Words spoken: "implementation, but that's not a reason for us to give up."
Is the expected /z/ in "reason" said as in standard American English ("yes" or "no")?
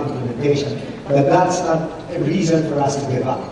yes